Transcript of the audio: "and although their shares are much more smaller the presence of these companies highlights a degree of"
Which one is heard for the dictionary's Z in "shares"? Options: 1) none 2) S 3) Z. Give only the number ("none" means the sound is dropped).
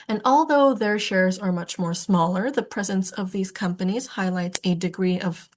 3